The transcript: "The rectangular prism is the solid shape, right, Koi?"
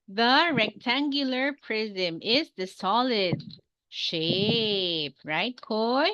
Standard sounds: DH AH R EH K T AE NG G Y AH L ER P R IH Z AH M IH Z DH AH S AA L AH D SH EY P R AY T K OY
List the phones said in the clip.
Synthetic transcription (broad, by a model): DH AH R EH K T AE NG G Y AH L ER P R IH Z AH M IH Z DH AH S AA L AH D SH EY P R AY T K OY